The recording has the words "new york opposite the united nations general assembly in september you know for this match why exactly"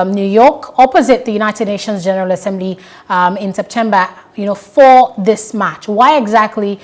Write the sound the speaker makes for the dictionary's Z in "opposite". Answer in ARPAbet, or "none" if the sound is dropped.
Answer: Z